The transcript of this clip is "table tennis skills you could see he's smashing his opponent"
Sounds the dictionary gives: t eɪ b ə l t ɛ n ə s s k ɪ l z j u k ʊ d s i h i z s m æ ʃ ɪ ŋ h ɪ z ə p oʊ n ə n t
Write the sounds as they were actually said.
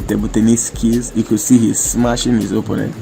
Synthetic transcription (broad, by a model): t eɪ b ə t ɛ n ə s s k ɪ z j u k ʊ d s i h i z s m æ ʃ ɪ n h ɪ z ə p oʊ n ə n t